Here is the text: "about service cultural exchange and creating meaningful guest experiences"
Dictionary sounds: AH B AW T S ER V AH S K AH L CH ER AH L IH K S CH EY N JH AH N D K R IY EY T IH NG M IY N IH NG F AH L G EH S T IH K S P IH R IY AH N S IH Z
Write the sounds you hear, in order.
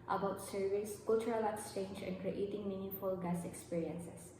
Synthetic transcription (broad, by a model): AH B AW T S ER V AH S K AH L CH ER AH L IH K S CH EY N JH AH N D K R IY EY T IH NG M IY N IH F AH L G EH S IH K S P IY R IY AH N S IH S